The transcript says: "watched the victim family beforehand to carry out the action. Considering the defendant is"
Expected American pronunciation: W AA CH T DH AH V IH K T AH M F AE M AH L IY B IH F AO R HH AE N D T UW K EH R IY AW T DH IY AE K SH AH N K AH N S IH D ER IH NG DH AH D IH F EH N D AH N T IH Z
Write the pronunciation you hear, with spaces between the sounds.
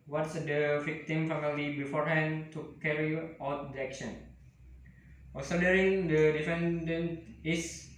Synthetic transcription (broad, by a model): W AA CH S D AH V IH K T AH M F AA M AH L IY B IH F AO R HH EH N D T UW K EH R IY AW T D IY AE K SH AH N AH L S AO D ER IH NG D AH D IH F EH N D AH N T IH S